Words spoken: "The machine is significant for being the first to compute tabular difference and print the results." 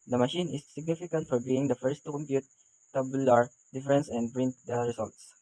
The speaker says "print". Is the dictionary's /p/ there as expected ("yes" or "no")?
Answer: no